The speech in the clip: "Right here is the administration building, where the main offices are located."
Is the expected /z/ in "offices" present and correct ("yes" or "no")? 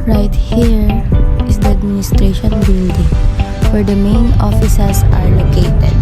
no